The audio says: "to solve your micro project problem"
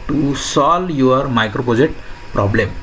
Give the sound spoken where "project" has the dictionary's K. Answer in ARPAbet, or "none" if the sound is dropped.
none